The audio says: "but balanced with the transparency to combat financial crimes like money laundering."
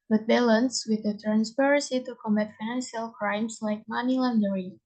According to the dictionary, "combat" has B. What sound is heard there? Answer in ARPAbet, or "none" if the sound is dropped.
none